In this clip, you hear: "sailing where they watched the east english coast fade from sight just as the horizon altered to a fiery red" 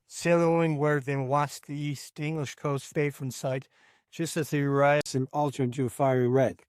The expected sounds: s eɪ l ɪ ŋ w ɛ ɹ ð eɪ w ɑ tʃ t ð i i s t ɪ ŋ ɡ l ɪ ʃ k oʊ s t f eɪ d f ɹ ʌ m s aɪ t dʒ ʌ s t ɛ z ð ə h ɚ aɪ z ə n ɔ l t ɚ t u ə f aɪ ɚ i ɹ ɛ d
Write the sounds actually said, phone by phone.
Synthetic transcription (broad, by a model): s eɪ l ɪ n w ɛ ɹ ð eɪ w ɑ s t ð i i s t ɪ ŋ ɡ l ɪ ʃ k oʊ s t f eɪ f ɹ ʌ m s aɪ t dʒ ʌ s t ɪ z ð ə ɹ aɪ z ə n ɔ l t ɚ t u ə f aɪ ɚ i ɹ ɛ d